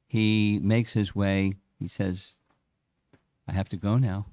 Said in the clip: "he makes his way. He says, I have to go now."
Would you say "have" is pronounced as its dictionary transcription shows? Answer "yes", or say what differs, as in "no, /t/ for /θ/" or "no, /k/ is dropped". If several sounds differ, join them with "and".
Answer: no, /f/ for /v/